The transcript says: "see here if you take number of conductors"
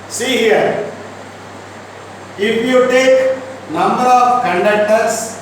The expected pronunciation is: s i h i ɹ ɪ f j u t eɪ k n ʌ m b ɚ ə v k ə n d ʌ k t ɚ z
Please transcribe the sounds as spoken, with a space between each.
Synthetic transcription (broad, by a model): s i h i ɹ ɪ p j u t eɪ k n ʌ m b ɚ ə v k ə n d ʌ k t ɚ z